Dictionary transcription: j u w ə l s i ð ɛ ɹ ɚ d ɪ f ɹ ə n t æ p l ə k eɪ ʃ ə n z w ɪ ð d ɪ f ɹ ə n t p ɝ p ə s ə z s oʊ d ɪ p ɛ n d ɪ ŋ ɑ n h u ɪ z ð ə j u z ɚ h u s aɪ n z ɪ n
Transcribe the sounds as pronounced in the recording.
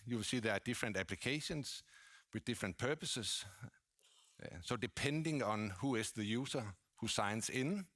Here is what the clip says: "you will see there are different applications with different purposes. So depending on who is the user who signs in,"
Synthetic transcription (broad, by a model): j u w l s i ð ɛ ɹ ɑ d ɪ f ɹ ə n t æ p l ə k eɪ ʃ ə n s w ɪ ð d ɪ f ɹ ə n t p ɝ p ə s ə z s oʊ d ɪ p ɛ n d ɪ ŋ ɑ n h u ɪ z ð ə j u s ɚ h u s aɪ n s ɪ n